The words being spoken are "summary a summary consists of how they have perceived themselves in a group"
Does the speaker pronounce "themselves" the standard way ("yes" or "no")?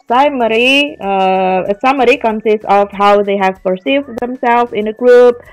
no